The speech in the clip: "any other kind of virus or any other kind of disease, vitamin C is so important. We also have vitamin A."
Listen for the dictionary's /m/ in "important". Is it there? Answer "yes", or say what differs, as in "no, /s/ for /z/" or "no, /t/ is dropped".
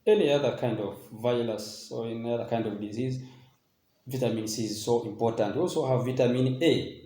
yes